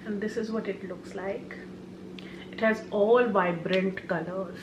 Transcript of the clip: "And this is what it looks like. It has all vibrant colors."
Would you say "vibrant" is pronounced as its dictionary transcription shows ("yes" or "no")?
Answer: yes